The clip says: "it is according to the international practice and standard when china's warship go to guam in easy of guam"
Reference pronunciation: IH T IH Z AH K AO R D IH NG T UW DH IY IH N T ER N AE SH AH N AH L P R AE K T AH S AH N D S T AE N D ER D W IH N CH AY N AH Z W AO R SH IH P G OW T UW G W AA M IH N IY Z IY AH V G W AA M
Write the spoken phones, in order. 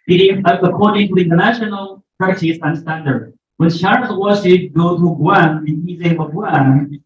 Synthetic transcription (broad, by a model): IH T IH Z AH K AO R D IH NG T UW DH IY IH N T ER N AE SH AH N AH L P AA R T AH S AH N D S T AE N D ER D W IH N SH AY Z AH W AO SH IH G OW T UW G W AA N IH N IY Z IY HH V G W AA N